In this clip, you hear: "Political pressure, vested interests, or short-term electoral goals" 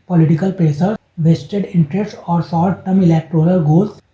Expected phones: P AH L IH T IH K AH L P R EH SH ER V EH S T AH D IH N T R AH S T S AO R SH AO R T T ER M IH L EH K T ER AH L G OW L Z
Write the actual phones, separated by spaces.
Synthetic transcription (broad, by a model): P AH L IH T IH K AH L P R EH S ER V EH S T AH D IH N T R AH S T AO R S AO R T T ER M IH L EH K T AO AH L G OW L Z